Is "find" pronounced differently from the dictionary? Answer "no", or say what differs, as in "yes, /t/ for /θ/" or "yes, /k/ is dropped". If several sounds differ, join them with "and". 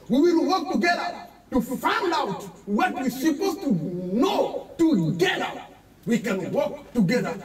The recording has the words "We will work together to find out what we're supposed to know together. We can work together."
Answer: no